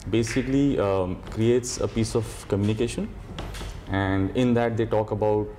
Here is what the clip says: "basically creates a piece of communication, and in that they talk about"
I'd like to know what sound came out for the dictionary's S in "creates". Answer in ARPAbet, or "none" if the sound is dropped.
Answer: S